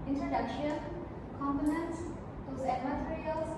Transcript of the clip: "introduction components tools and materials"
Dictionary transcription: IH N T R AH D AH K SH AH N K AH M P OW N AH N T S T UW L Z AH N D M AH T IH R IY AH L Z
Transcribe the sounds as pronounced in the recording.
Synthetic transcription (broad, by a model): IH N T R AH D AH K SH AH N K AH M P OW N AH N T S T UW Z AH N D M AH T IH R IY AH L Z